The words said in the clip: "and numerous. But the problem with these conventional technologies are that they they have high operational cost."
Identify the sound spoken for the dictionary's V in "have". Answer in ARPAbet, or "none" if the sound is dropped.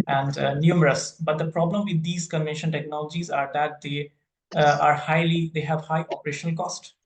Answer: V